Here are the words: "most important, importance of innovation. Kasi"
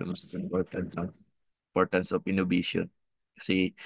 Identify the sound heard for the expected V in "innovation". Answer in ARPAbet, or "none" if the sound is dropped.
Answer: B